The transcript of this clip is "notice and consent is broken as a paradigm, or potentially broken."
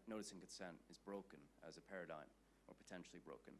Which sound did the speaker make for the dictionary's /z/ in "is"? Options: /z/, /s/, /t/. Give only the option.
/z/